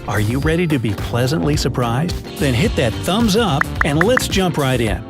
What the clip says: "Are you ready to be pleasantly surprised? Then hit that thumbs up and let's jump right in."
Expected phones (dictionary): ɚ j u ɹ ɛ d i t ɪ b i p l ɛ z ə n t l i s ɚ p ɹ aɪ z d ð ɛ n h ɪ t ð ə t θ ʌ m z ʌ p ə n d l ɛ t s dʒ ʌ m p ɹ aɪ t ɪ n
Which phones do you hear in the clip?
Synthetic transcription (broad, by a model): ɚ j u ɹ ɛ d i t ɪ b i p l ɛ z ə n t l i s ɚ p ɹ aɪ z d ð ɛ n h ɪ t ð ə t θ ʌ m z ʌ p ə n l ɛ t s dʒ ʌ m p ɹ aɪ t ɪ n